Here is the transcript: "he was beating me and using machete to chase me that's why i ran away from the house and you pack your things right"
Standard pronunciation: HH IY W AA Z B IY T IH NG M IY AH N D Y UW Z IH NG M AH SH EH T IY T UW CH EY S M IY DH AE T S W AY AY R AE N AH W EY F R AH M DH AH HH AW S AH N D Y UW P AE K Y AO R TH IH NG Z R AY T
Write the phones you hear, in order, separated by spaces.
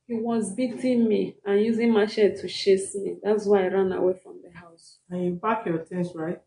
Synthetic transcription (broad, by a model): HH IY W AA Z B IY T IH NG M IY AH N Y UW Z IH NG M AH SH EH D T UW SH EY S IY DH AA T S W AY AY R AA N AH W EY F R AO M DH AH HH AW S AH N Y UW B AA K Y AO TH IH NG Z R AY T